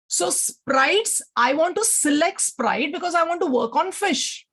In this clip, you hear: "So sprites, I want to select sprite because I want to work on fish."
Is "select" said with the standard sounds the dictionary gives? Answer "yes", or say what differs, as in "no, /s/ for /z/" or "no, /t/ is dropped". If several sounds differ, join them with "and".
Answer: yes